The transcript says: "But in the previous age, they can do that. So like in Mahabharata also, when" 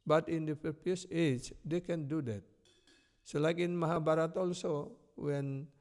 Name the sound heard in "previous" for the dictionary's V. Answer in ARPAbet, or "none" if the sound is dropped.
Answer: P